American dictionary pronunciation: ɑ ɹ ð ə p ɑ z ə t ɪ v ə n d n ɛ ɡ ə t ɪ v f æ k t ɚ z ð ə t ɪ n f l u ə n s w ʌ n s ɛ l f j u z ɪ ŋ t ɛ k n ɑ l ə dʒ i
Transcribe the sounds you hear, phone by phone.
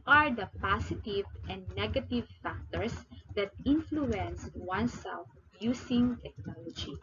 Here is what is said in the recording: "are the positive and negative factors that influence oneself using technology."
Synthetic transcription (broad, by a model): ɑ ɹ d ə p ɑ s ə t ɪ v ə n d n ɛ ɡ ə t ɪ v f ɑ k t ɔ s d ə t ɪ n f l u ə n s w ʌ n s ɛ l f j u s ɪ ŋ t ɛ k n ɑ l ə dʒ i